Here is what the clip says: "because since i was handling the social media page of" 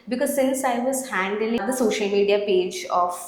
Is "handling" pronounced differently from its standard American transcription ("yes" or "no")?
yes